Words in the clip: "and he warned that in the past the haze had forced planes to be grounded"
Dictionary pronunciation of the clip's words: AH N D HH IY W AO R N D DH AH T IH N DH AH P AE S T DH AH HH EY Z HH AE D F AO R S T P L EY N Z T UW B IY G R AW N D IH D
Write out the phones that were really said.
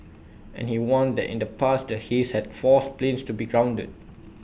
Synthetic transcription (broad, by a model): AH N HH IY W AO N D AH T IH N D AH P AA S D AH HH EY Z HH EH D F AO S P L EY N S T UW B IY G R AW N D IH D